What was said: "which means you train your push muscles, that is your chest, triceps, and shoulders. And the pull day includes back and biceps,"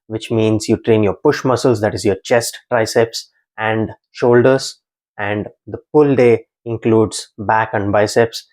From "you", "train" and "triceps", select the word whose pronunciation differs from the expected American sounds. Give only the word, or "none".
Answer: none